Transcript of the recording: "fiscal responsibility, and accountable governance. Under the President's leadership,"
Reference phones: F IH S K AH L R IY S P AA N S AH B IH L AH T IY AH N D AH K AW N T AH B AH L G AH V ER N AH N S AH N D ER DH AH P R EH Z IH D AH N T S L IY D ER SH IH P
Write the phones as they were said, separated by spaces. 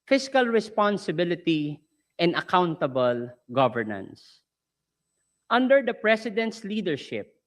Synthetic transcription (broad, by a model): F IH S K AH L R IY S P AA N S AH B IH L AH T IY AH N D AH K AW N T AH B AH L G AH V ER N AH N S AH N D ER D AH P R EH S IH D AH N T S L IY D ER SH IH P